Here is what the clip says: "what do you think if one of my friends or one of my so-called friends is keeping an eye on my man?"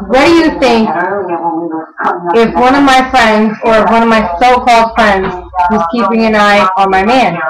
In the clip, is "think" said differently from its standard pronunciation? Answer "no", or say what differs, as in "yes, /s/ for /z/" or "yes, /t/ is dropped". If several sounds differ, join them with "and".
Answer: no